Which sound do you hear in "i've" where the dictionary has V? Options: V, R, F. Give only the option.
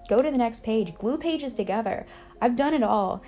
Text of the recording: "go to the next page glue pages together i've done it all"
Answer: V